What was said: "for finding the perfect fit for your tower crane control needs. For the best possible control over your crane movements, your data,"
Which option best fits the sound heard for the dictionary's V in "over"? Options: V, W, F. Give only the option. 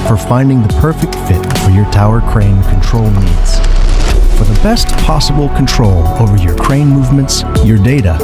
V